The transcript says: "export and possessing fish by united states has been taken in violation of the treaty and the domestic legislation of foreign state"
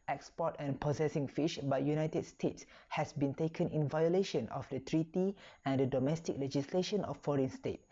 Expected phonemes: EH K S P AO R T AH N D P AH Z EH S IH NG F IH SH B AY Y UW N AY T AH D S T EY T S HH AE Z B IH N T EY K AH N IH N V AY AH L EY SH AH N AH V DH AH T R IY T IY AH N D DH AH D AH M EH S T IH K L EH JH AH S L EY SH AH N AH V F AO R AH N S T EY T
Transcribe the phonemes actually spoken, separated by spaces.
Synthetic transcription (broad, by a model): EH K S P AO T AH N P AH S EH S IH NG F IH SH B AY Y UW N AY T AH D S T EY T S HH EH S B IH N T EY K AH N IH N V AY AH L EY SH AH N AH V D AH T R IY T IY AH N D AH D AH M EH S T IH K L EH JH AH S L EY SH AH N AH F AO R AH N S T EY T